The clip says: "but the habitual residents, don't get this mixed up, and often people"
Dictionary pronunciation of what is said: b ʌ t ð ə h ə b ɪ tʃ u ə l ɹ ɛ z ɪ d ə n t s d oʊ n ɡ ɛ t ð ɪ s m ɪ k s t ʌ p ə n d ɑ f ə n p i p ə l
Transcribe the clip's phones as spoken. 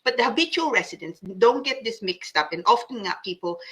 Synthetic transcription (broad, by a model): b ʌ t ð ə h ə b ɪ tʃ u ə l ɹ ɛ s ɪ d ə n s d oʊ n ɡ ɛ t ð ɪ s m ɪ k s t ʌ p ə n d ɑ f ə n p i p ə l